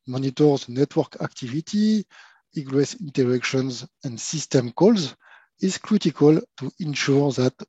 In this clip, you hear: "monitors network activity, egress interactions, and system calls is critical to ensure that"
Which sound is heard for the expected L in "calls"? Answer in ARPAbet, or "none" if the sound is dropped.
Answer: L